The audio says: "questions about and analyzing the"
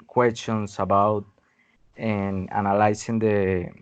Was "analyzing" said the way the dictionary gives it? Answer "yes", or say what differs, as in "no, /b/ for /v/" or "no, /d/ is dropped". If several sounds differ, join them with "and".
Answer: no, /s/ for /z/